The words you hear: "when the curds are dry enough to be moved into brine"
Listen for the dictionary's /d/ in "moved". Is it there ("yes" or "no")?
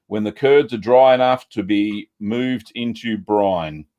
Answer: yes